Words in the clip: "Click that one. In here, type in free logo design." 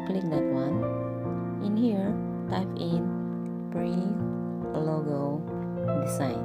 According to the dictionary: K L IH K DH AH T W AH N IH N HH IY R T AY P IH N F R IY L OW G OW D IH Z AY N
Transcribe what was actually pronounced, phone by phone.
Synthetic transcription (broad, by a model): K L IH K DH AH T W AH N IH N HH IY R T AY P IH N P R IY L OW G OW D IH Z AY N